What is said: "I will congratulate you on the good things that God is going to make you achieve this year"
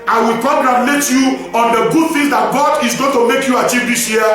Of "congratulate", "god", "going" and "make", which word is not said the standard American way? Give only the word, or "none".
congratulate